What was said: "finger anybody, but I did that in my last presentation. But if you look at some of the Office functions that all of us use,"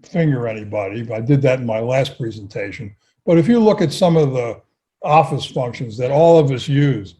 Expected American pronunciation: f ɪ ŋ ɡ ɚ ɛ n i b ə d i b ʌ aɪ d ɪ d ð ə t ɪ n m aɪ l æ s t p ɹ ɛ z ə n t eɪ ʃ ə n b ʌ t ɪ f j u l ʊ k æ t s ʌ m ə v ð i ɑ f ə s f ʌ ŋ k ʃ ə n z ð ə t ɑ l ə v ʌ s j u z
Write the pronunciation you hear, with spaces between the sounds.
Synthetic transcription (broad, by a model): f ɪ ŋ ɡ ɚ ɛ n i b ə d i aɪ d ɪ d ð ə t n m aɪ l æ s t p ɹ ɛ z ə n t eɪ ʃ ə n b ʌ t ɪ f j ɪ l ʊ k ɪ t s ʌ m ə v ð i ɑ f ə s f ʌ ŋ k ʃ ə n z ð ə t ɑ l ə v ʌ s j u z